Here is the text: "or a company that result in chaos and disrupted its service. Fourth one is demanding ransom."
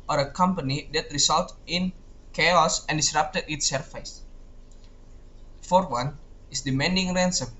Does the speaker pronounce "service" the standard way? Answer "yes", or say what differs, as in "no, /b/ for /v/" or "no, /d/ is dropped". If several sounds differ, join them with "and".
no, /f/ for /v/